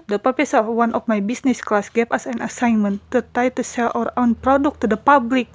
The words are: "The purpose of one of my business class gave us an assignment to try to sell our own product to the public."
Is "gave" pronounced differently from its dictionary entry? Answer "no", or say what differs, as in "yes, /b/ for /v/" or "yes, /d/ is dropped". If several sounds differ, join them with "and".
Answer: yes, /p/ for /v/